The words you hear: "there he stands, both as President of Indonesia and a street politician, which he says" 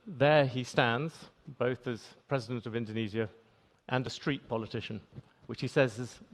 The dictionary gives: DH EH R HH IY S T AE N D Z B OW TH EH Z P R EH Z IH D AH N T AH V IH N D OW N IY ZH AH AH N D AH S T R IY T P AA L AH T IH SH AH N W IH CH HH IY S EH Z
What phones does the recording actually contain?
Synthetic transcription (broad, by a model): DH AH R IY S T AE N D Z B OW TH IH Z P R EH Z IH D AH N T AH V IH N D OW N IY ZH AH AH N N AH S T R IY T P AA L AH T IH SH AH N W IH CH HH IY S EH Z